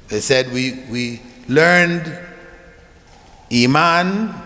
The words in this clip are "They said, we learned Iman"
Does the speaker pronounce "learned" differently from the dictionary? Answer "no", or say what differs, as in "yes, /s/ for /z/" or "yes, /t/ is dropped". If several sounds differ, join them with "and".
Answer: no